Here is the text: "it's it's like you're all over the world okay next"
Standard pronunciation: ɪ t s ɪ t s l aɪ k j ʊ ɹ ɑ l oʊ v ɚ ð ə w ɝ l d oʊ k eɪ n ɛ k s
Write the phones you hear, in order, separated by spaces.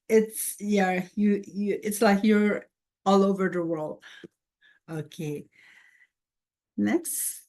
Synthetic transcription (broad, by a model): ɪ t s ɪ t s l aɪ k j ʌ ɹ ɑ l oʊ v ɚ ð ə w ɝ l d oʊ k eɪ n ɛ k s